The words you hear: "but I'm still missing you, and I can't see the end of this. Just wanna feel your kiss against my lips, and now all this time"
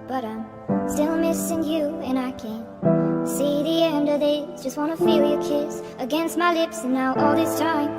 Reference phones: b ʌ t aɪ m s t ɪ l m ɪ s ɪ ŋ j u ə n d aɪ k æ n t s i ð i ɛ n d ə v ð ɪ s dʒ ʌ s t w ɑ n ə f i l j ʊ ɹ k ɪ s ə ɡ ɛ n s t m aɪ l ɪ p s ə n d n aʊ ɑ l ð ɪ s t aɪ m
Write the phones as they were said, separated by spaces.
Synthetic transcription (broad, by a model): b ʌ t aɪ m s t ɪ l m ɪ s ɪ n j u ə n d aɪ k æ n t s i ð i ɛ n d ə v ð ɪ dʒ ʌ s t w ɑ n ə f i l j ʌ ɹ k ɪ s ə ɡ ɛ n s t m aɪ l ɪ p s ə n n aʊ ɑ l ð ɪ s t aɪ m